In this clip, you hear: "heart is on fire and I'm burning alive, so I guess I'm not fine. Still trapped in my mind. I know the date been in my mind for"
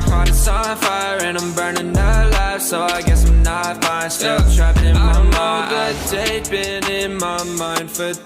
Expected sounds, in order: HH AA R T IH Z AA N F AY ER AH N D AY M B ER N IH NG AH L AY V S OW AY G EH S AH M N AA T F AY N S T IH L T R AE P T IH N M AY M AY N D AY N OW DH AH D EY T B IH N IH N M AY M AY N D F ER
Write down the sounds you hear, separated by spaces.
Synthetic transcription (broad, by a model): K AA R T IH S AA F AY ER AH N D AY M B ER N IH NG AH L AY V S OW AY G EH S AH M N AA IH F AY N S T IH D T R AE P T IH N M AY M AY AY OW DH AH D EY B IH N IH N M AY M AY N D F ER